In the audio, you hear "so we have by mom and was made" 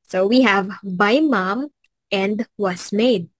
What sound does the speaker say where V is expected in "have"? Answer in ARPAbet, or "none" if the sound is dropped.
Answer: V